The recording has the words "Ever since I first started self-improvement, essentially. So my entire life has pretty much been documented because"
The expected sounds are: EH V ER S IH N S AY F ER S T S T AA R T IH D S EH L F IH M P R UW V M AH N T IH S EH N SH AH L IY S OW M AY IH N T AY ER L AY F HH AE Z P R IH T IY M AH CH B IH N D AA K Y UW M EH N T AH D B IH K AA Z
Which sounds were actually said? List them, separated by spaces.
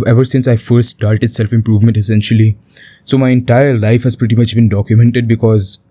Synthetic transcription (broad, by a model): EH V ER S IH N S AY F ER S T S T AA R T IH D S EH L F IH M P R UW V M AH N T IH S EH N SH AH L IY S OW M AY IH N T AY ER L AY F HH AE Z P R IH T IY M AH CH B IH N D AA K Y UW M EH N T AH D B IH K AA Z